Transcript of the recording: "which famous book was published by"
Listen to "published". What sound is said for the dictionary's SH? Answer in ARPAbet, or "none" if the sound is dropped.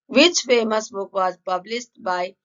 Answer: S